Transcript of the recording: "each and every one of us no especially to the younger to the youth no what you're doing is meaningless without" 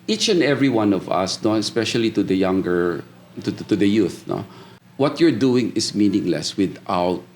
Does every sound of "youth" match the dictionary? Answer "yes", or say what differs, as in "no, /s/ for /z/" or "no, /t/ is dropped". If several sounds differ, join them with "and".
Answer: yes